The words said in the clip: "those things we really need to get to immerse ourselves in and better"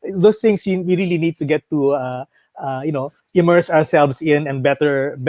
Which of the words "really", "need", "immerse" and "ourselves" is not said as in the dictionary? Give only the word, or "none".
ourselves